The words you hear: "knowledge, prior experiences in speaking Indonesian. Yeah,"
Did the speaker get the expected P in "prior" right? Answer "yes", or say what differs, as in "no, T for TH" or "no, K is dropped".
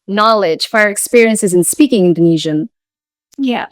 no, F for P